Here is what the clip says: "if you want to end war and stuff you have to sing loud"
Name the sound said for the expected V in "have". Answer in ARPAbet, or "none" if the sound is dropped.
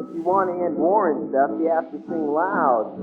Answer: F